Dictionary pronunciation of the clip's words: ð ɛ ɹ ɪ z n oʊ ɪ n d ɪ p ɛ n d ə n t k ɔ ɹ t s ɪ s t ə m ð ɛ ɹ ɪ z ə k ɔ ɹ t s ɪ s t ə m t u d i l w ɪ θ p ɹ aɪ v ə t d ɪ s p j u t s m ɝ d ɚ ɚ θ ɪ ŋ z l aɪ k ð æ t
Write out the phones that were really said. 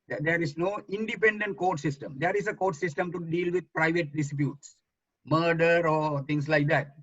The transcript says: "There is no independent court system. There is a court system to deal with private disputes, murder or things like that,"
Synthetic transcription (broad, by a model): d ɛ ɹ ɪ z n oʊ ɪ n d ɪ p ɛ n d ə n t k ɔ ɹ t s ɪ s t ə m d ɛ ɹ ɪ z ə k ɔ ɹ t s ɪ s t ə m t u d i l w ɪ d p ɹ aɪ v ə t d ɪ s p j u t s m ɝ d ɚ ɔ t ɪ ŋ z l aɪ k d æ t